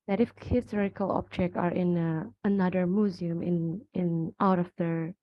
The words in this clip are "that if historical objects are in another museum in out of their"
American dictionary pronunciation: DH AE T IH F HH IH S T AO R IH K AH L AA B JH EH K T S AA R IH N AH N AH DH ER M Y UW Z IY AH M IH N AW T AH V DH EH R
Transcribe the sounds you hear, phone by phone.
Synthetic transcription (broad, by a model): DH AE T IH F HH IH S T AO R IH K AH L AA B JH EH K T AA R IH N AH N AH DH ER M Y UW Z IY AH M IH N AW T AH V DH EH R